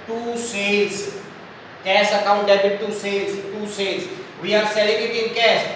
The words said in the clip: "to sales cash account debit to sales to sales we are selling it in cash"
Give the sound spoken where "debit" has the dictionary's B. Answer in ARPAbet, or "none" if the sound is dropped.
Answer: none